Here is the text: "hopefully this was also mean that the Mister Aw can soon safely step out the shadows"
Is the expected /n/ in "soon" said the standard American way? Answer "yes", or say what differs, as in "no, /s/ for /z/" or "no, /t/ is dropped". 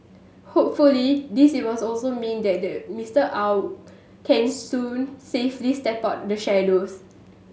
yes